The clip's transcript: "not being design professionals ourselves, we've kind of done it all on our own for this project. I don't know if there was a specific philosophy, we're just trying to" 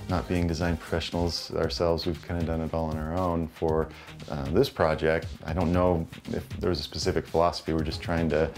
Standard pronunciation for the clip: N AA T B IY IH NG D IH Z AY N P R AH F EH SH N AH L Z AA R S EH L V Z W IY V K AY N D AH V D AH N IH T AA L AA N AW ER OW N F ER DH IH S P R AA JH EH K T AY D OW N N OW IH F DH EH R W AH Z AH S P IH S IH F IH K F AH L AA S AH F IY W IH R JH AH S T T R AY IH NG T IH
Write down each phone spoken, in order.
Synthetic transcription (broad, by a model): N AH T B IY IH NG D IH Z AY N P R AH F EH SH N L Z AA R S EH L V Z W IY V K AY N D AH D AH N IH T AA L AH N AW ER OW N F ER DH IH S P R AA JH EH K T AY D OW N N OW IH F DH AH R W AH Z AH S P IH S IH F IH K F AH L AA S AH F IY W IH R JH AH S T T R AY IH NG T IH